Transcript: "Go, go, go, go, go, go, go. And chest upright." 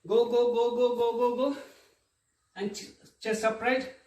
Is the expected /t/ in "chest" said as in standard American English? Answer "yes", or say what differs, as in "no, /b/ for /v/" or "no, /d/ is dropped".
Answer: no, /t/ is dropped